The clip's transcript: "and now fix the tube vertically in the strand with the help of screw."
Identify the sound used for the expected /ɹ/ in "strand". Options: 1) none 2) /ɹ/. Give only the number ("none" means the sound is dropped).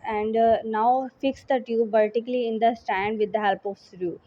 1